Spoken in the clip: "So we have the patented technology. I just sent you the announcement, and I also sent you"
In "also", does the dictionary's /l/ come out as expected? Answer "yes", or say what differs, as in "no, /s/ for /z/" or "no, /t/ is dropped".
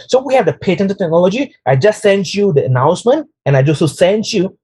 no, /l/ is dropped